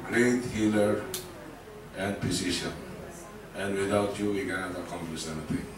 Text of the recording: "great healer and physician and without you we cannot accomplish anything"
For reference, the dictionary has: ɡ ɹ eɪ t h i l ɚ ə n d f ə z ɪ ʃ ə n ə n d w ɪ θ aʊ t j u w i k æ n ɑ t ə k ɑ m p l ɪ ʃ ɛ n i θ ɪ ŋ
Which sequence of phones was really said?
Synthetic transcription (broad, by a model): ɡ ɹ eɪ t h i l ɚ ə n d p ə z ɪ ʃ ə n ə n d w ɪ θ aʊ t j u w i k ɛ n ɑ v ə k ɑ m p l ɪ s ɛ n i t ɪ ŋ